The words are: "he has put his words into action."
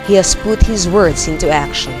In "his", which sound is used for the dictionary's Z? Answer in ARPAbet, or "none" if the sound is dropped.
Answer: Z